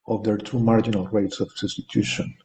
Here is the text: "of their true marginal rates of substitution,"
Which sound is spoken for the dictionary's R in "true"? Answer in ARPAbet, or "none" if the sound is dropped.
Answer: none